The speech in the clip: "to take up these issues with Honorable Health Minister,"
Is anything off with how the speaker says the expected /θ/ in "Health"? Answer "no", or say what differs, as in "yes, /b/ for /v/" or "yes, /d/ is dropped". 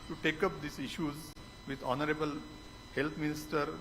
yes, /t/ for /θ/